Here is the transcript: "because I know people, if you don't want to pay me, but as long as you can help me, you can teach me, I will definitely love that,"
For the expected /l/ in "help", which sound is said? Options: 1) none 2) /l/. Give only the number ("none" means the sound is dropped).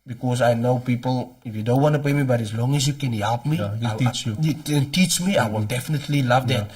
2